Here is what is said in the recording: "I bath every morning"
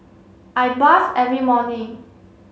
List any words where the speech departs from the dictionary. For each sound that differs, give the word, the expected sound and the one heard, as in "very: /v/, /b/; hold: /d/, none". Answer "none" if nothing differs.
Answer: bath: /θ/, /s/